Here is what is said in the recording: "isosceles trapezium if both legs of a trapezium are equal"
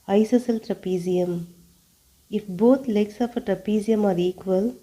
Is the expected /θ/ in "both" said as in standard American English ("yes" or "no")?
no